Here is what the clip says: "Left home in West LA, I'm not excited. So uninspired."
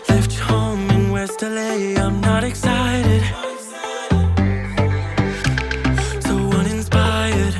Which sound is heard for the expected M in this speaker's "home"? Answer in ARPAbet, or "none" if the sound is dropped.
none